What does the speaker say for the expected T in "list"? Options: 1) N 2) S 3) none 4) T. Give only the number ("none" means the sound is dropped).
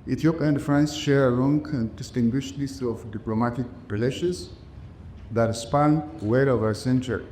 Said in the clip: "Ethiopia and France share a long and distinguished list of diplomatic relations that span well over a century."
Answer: 3